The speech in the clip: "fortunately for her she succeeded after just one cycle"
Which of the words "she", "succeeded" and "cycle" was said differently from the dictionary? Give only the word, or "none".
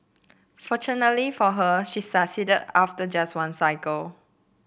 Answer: succeeded